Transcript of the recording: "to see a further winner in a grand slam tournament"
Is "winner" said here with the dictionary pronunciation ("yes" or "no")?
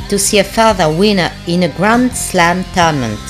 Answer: yes